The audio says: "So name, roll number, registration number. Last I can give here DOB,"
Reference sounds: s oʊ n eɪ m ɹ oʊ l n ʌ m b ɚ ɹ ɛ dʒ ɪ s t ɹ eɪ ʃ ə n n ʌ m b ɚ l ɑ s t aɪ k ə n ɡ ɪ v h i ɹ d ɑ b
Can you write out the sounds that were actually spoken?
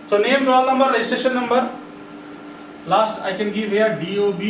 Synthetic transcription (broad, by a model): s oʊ n eɪ m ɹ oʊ l n ʌ m b ɚ l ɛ ɪ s t eɪ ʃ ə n n ʌ m b ɚ l ɑ s t aɪ k ə n ɡ ɪ v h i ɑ d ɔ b